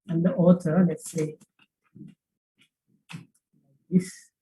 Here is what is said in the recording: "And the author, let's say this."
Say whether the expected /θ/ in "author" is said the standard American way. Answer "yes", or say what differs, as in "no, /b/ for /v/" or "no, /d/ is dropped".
no, /s/ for /θ/